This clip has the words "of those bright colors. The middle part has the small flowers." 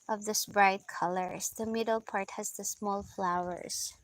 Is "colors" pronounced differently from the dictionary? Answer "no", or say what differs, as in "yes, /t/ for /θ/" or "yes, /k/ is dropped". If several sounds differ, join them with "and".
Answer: yes, /s/ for /z/